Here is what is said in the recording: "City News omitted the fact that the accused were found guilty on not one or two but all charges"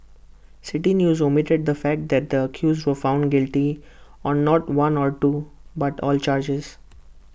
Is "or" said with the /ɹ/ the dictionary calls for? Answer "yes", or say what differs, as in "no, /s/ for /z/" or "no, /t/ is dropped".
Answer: yes